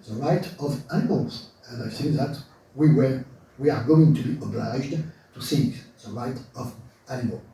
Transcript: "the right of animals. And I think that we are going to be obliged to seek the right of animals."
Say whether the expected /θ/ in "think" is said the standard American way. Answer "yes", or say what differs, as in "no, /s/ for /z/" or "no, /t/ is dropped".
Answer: no, /s/ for /θ/